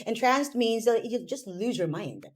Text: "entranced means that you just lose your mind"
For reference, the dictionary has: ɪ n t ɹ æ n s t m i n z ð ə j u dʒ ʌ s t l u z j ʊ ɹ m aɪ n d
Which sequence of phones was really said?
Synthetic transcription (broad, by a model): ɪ n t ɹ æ n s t m i n z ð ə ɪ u dʒ ʌ s t l u z j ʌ ɹ m aɪ n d